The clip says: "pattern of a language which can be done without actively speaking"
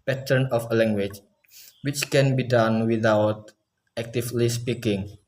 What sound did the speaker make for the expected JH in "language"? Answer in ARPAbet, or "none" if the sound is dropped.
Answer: CH